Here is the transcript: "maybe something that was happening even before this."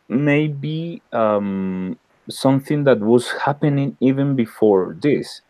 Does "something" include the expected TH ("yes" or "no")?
yes